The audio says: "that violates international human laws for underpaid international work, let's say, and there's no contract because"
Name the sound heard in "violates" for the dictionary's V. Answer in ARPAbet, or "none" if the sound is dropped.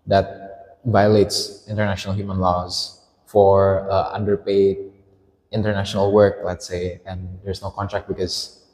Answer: V